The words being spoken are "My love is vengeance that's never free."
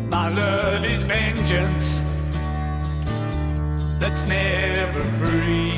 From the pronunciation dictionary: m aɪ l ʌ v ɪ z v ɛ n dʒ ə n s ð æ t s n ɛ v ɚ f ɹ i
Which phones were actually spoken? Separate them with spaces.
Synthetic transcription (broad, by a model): m aɪ l ʌ v ɪ z v ɛ n dʒ ə n s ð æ t s n ɛ v ɚ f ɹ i